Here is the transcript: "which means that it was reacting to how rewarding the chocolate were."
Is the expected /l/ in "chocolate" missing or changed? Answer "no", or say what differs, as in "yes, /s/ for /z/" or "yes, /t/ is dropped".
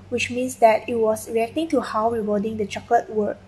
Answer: yes, /l/ is dropped